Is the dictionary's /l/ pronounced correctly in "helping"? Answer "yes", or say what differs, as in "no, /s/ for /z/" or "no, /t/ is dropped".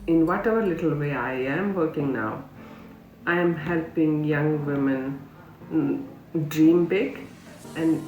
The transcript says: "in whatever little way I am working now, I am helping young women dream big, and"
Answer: yes